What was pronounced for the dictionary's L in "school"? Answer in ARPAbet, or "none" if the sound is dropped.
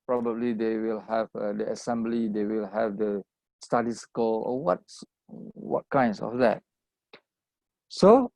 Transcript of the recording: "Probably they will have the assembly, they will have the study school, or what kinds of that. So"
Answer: W